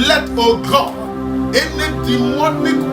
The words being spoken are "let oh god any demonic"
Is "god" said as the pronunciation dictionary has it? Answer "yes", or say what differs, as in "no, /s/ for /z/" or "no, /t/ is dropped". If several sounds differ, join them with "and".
no, /d/ is dropped